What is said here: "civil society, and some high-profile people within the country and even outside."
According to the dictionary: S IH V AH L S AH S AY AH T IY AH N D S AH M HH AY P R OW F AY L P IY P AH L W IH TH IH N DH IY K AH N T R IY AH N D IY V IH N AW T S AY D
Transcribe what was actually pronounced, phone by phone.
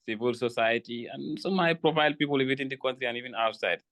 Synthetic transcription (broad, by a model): S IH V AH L S AH S AY AH T IY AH N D S AH M HH AY P R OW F AY L P IY P AH L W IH T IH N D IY K AH N T R IY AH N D IY V IH N AW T S AY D